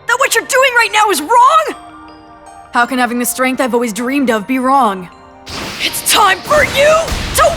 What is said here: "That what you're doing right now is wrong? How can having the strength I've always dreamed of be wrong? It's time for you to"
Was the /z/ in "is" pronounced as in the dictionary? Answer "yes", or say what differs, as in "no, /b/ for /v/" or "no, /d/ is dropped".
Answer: yes